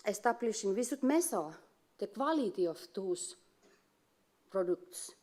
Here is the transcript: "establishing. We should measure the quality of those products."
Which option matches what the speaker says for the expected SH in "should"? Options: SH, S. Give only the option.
S